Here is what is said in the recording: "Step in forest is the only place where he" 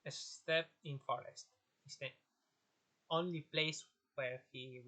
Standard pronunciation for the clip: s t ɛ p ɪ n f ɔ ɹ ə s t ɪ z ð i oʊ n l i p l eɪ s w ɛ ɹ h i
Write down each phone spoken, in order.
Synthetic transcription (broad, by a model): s t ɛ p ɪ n f ɔ ɹ ə s t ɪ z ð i oʊ n l i p l eɪ s w ɛ ɹ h i